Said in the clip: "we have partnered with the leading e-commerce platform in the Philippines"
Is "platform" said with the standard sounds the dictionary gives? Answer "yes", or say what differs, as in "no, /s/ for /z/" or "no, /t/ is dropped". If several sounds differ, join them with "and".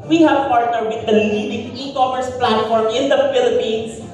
yes